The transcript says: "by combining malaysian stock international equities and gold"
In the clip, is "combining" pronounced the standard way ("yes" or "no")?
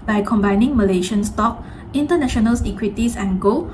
yes